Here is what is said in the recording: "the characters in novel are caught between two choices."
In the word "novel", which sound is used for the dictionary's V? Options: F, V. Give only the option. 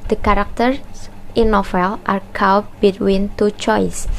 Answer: F